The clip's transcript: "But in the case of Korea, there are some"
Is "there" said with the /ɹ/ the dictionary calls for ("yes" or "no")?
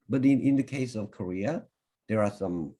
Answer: yes